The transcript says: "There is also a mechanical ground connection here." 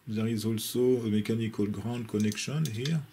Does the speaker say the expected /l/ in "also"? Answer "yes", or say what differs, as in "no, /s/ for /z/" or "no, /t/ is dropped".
yes